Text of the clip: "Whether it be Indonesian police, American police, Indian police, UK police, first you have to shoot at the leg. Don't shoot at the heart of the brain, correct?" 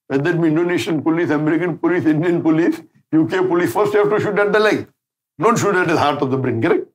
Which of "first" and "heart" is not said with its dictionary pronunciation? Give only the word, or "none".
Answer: none